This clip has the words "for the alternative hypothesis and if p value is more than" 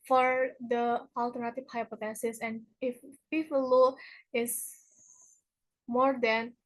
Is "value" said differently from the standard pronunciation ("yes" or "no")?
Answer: yes